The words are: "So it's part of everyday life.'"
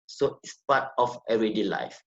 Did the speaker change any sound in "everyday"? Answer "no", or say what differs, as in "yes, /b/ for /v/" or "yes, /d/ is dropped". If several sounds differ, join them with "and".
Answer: yes, /v/ is dropped